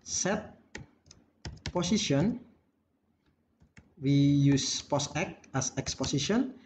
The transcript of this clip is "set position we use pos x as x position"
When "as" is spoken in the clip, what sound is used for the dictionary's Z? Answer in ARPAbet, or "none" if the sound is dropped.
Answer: S